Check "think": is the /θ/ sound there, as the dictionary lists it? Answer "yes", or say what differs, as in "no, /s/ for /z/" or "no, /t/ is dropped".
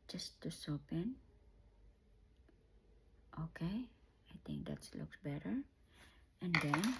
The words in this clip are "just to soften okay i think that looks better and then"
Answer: no, /t/ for /θ/